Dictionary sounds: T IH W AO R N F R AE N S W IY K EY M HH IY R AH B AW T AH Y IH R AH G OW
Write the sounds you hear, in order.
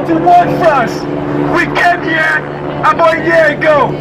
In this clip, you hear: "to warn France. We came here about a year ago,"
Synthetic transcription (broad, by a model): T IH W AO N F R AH S W IY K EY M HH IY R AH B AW AH Y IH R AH G OW